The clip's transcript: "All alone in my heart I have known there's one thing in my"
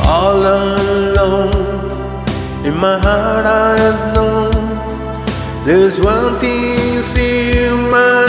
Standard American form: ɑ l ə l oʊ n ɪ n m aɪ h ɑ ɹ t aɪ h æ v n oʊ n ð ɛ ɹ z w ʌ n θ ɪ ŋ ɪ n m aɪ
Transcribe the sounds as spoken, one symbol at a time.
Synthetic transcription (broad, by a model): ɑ l ə l oʊ n ɪ n m aɪ h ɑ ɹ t aɪ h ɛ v n oʊ n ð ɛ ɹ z w ʌ n t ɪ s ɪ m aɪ